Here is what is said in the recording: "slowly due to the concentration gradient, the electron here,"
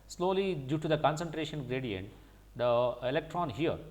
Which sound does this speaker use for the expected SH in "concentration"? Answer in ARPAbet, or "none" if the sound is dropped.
SH